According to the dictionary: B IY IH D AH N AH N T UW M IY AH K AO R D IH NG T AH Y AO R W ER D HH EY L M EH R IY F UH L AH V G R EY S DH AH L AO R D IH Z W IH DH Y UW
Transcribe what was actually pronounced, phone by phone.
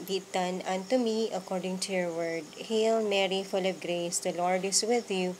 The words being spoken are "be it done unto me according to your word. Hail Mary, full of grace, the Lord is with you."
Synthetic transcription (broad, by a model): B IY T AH N AH N T UW M IY AH K AO R D IH NG T AH Y AO R W ER D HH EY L M EH R IY F UH L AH B G R EY S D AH L AO R D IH S W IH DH Y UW